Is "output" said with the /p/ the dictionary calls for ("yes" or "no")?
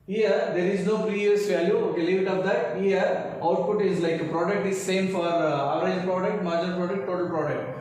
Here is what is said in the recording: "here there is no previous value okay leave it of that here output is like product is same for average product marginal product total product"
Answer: yes